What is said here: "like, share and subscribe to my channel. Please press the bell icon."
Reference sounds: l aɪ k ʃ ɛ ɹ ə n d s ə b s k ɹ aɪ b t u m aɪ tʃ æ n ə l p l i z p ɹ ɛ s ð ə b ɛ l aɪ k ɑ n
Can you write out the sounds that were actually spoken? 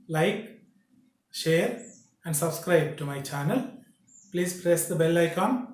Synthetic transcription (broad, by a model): l aɪ k ʃ ɛ ɹ ə n d s ə b s k ɹ aɪ b t u m aɪ tʃ æ n ə l p l i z p ɹ ɛ s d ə b ɛ l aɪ k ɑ n